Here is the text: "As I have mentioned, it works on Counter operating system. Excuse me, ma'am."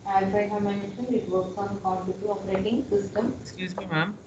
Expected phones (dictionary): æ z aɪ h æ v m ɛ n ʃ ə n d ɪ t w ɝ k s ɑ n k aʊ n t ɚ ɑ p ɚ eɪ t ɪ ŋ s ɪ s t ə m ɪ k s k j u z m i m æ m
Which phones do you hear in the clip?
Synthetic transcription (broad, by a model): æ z aɪ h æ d m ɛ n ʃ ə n ɪ t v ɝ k s ɑ n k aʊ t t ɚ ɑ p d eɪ t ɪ ŋ s ɪ s t ə m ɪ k s k j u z m i m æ m